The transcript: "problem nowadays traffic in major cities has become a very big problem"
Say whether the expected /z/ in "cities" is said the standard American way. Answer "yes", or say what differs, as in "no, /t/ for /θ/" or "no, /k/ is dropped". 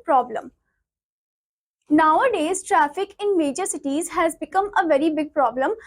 yes